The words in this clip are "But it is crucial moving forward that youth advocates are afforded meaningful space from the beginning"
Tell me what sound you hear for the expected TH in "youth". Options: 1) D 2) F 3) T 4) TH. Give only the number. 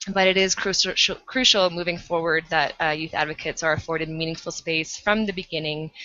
4